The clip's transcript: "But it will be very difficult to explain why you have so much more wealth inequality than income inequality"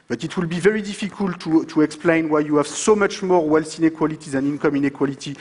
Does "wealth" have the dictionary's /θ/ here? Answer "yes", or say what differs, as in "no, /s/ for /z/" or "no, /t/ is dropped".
no, /s/ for /θ/